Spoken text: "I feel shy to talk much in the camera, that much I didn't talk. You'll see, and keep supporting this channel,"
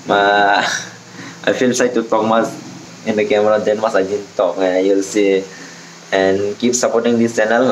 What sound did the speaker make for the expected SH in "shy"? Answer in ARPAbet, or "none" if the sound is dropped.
S